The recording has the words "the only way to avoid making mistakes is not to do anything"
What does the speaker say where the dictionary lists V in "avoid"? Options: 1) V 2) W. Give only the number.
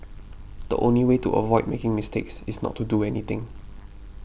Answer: 1